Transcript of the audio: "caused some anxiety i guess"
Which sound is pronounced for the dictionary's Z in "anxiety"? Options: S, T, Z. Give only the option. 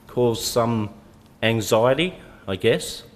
Z